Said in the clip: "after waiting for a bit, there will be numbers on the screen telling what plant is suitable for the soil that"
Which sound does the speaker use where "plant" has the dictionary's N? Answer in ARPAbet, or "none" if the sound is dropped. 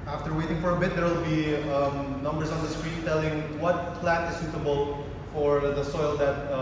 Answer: none